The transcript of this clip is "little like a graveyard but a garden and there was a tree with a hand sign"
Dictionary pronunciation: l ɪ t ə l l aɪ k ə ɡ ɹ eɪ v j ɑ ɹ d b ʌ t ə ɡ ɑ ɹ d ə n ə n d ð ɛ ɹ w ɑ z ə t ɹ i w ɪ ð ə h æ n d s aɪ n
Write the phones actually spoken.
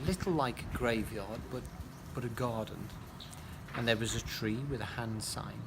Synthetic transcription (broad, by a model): l ɪ t l l aɪ k ə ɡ ɹ eɪ v j ɑ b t b ʌ t ə ɡ ɑ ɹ d n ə n ð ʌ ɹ w ɑ z ə t ɹ i w ɪ ð ə h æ n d s aɪ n